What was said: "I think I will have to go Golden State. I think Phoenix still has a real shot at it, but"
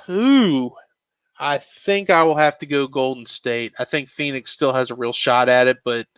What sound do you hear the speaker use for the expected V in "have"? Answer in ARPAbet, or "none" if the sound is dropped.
F